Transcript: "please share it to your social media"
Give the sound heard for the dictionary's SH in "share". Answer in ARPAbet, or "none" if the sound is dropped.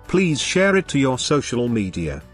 SH